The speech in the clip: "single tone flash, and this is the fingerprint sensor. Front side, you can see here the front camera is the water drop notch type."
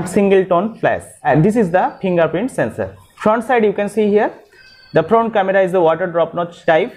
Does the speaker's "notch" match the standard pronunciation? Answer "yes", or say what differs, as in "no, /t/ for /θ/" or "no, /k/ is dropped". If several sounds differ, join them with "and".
no, /s/ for /tʃ/